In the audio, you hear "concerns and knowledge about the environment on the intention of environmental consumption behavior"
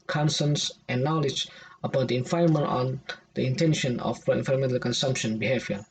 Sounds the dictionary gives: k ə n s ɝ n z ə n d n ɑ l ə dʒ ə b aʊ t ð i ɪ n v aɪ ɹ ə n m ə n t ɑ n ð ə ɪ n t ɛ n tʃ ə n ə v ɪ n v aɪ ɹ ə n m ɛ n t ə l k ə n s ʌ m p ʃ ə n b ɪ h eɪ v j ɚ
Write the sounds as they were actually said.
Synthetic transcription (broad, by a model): k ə n s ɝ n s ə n n ɑ l ə dʒ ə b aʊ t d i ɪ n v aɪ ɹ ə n m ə n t ɑ n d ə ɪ n t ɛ n ʃ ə n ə p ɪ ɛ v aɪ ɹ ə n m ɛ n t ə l k ə n s ʌ m p ʃ ə n b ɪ h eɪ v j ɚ